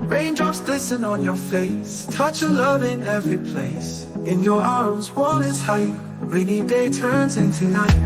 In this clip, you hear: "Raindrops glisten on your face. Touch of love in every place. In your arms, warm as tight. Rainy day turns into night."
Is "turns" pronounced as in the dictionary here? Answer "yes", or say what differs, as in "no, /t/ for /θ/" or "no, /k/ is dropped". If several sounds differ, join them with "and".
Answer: yes